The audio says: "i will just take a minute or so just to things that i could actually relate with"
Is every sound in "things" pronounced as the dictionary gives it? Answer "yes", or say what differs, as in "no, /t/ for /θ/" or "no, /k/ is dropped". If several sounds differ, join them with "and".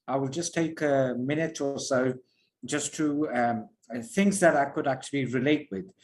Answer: yes